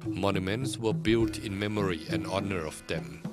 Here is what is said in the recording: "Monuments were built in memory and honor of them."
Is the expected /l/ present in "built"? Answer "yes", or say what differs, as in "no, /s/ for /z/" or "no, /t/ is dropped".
yes